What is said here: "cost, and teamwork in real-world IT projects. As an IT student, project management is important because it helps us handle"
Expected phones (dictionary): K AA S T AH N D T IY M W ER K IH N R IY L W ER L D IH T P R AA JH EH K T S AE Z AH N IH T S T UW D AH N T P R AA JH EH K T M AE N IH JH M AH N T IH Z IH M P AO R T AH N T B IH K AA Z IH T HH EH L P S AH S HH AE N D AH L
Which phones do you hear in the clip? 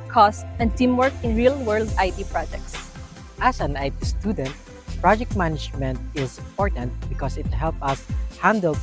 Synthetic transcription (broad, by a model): K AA S T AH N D T IY M W ER K IH N R IY L W ER L D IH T P R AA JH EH K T S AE S AH N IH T S T UW D AH N T P R AA JH EH K T M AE N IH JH M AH N T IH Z IH M P AO R T AH N T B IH K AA S IH T HH EH L P AH S HH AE N D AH L